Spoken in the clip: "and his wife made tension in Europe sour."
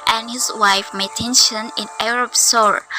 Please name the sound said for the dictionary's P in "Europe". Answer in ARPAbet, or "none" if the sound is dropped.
B